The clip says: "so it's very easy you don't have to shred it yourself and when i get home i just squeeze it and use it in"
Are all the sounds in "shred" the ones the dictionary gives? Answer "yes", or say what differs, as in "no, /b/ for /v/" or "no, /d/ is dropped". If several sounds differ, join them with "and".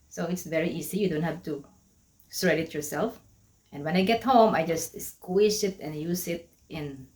no, /s/ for /ʃ/